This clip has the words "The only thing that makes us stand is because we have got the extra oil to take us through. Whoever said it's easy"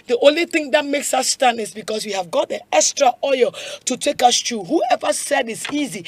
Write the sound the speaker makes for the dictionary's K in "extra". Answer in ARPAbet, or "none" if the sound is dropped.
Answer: K